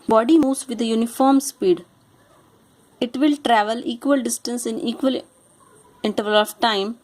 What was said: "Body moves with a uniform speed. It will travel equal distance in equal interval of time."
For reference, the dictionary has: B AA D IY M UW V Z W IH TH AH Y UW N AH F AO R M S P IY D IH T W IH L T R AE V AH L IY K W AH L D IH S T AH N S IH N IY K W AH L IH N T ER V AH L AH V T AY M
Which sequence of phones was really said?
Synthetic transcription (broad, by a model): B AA D IY M UW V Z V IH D AH Y UW N AH F AO R M S P IY D IH T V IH L T R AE V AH L IY K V AH L D IH S T AH N S IH N IY K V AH L IH N T ER V AH L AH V T AY M